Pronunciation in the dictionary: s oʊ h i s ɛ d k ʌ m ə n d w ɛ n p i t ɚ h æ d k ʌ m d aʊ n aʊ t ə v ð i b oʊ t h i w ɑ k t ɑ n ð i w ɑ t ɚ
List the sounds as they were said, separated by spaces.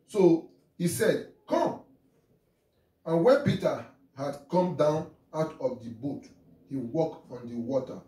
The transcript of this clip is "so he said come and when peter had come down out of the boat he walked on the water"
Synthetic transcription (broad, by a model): s oʊ h i s ɛ d k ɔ m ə n w ɛ n p i t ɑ h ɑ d k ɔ m d aʊ n aʊ t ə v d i b oʊ t h i w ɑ k ɑ n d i w ɑ t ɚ